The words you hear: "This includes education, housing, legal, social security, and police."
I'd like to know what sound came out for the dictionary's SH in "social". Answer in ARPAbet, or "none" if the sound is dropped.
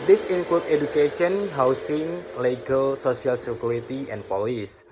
S